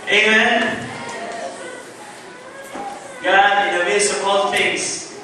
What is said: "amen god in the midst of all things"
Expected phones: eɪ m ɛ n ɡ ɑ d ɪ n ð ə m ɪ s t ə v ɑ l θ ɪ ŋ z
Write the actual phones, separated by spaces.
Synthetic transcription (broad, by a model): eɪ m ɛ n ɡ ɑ ɪ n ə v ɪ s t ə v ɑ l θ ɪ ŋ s